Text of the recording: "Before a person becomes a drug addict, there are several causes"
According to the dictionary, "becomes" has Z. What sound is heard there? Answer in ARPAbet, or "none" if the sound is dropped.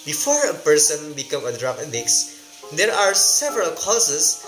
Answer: none